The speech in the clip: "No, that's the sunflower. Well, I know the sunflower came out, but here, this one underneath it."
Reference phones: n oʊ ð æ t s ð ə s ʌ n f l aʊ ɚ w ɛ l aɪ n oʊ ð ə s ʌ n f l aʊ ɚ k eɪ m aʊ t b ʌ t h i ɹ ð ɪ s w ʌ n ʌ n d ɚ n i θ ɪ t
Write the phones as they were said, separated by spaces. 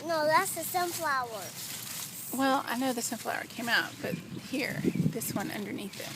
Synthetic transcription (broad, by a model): n oʊ ð æ t s ð ə s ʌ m f l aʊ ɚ w ɛ l aɪ n oʊ ð ə s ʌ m f l aʊ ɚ k eɪ m aʊ t b ʌ t h i ɹ ð ɪ s w ʌ n ʌ n d ɚ n i θ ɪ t